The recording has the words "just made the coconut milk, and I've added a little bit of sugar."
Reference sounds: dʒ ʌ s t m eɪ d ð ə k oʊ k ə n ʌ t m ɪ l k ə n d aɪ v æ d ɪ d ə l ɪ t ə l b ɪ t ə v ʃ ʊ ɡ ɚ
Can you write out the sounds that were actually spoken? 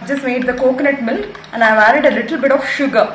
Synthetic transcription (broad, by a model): dʒ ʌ s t m eɪ d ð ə k oʊ k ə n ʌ t m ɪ l ə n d aɪ v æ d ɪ d ə l ɪ t ə l b ɪ t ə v ʃ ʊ ɡ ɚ